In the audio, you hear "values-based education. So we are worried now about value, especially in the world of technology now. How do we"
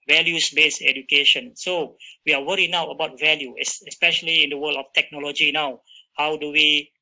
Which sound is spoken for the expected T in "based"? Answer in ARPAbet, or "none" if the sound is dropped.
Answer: none